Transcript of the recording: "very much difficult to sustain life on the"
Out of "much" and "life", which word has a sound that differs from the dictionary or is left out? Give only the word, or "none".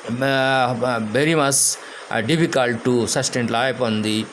life